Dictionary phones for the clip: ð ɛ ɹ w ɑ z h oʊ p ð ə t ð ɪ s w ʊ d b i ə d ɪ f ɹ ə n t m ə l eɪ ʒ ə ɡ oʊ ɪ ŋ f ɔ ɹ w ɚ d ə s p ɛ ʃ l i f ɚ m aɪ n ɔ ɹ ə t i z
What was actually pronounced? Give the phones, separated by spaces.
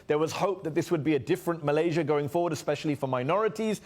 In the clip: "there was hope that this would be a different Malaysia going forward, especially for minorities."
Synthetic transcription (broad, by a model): ð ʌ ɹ w ɑ z h oʊ p ð ə t ð ɪ s w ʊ d b i ə d ɪ f ɹ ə n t m ə l eɪ ʒ ə ɡ oʊ ɪ ŋ f ɔ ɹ w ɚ d ə s p ɛ ʃ l i f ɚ m aɪ n ɔ ɹ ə t i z